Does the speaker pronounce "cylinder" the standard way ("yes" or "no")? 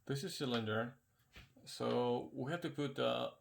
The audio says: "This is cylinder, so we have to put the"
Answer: yes